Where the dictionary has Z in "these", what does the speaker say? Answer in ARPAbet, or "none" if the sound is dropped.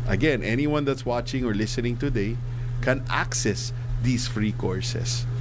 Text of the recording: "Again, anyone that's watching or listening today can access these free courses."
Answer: S